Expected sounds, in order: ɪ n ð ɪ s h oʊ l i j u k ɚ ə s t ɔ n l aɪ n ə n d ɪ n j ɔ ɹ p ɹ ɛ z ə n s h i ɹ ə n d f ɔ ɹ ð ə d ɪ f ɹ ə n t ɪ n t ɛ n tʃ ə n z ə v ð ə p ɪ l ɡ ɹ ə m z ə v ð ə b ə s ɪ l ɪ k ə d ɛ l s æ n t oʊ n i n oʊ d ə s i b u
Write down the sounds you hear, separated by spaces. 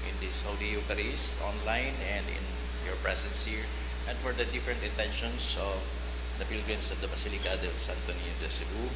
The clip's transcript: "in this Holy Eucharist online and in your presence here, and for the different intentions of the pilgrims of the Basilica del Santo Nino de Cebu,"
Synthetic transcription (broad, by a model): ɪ n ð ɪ s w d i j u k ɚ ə s t ɔ n l aɪ n ə n d ɪ n j ɔ ɹ p ɹ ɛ s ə n s h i ɹ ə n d f ɔ ɹ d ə d ɪ f ɹ ə n t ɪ n t ɛ n ʃ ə n s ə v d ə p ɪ l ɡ ɹ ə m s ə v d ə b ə s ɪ l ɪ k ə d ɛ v s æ n t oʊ n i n d ə s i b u